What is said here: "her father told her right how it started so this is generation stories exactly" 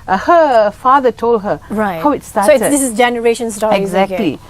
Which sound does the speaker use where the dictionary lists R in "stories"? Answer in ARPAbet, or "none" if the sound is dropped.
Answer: none